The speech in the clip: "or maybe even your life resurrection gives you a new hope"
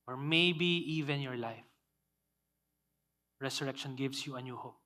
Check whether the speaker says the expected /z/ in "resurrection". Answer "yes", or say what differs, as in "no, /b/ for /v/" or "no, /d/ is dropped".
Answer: no, /s/ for /z/